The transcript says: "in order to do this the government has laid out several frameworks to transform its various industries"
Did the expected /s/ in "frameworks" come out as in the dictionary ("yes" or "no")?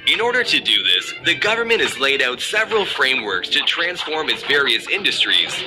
yes